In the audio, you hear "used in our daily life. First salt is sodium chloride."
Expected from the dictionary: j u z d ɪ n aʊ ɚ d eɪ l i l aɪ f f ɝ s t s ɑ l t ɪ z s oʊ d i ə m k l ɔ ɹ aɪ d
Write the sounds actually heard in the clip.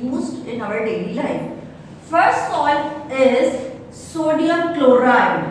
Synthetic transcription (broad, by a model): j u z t ɪ n aʊ ɚ d eɪ l i l aɪ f f ɝ s t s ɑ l ɪ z s oʊ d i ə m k l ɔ ɹ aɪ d